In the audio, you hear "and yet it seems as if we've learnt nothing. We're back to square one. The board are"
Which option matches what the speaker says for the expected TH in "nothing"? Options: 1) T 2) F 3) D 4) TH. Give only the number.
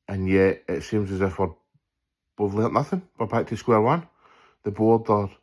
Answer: 4